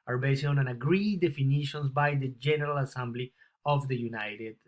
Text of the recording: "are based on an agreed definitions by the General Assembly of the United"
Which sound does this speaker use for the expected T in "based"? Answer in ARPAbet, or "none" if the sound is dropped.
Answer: none